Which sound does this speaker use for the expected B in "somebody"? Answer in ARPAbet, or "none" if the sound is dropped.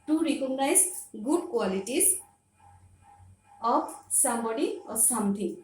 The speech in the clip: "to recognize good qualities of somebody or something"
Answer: none